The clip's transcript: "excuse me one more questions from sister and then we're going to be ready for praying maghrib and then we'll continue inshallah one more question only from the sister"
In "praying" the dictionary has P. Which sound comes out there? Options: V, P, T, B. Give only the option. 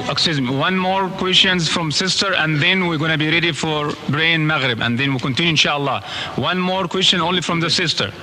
B